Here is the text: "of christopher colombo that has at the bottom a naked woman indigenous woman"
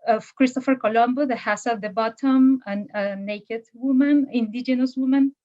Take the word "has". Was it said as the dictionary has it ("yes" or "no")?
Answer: no